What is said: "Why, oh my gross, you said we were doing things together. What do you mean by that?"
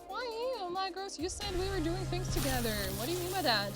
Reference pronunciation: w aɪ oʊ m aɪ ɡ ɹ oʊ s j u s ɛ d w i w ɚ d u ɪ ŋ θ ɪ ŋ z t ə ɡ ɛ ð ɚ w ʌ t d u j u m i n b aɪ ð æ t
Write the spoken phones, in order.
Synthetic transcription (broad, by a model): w aɪ oʊ m aɪ ɡ oʊ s j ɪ s ɛ d w i w ɚ d u ɪ ŋ θ ɪ ŋ z t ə ɡ ɛ ð ɚ w ʌ t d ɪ j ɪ m i n b aɪ ð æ t